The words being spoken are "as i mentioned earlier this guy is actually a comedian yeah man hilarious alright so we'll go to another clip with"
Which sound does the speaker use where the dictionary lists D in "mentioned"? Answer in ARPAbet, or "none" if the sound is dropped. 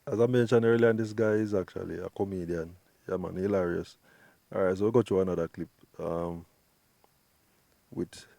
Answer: none